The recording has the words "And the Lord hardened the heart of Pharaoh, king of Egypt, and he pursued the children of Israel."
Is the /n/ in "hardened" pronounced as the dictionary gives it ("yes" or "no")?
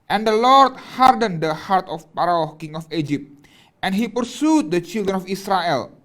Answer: yes